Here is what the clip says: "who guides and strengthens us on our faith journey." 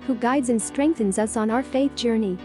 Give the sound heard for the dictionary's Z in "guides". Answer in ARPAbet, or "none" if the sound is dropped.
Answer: Z